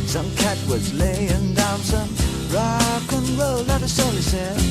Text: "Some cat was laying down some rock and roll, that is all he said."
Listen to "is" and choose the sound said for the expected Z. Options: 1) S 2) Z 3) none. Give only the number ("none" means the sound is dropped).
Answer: 1